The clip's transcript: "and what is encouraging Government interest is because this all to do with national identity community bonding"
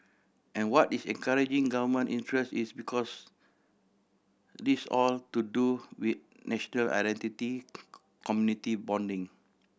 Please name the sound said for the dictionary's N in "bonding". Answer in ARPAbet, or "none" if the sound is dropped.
N